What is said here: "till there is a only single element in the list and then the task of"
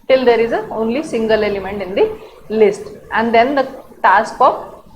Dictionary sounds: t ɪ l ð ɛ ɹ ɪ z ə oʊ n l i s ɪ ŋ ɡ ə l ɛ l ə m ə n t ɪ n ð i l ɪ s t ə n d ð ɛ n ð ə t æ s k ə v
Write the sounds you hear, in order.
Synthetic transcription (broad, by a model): t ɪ l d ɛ ɹ ɪ z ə oʊ n l i s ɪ ŋ ɡ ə l ɛ l ə m ə n t ɪ n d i l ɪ s t ə n d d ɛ n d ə t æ s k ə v